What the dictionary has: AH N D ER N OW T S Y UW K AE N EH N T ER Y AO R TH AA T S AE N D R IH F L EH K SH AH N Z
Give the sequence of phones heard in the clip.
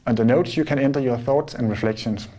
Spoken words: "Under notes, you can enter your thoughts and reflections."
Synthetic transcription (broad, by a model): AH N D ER N OW T S Y UW K AE N EH N T ER Y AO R TH AA T S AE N R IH F L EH K SH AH N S